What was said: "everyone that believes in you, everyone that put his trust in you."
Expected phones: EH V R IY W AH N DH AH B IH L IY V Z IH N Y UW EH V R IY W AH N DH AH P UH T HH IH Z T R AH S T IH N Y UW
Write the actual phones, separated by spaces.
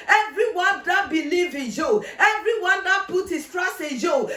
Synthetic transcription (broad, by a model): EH V R IY W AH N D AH B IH L IY V IH N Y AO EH V R IY W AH N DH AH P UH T HH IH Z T R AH S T IH N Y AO